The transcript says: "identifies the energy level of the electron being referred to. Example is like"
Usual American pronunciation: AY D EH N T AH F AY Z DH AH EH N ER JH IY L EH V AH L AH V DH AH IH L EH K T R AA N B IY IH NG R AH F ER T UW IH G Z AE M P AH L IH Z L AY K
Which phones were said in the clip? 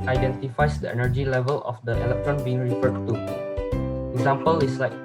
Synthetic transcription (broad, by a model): AY D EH N T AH F AY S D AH EH N ER JH IY L EH V AH L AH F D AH IH L EH K T R AA N B IY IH NG R AH F ER T UW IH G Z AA M P AH L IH S L AY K